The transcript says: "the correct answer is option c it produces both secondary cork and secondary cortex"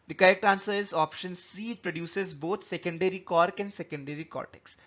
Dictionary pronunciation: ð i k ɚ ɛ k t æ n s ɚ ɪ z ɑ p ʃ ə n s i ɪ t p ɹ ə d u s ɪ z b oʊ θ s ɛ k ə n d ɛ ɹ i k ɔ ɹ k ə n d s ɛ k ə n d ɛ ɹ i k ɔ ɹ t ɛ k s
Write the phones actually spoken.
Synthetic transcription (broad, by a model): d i k ɚ ɛ k t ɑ n s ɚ ɪ z ɑ p ʃ ə n s i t p ɹ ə d u s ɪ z b oʊ t s ɛ k ə n d ɛ ɹ i k ɔ ɹ k ə n d s ɛ k ə n d ɛ ɹ i k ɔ t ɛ k s